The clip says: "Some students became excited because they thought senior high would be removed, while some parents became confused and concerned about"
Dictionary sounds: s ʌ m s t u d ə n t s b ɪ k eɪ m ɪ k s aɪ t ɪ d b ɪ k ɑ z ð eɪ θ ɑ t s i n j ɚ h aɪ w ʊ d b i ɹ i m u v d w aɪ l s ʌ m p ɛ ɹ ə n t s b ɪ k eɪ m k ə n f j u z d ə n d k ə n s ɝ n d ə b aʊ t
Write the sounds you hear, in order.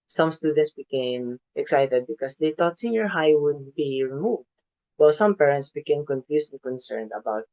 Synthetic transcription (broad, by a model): s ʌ m s t u d ə n t s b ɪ k eɪ m ɪ k s aɪ t ɪ d b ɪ k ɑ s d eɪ t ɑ t s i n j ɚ h aɪ w ʊ d b i ɹ i m u v d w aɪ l s ʌ m p ɛ ɹ ə n t s b ɪ k eɪ m k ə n f j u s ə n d k ə n s ɝ n d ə b aʊ t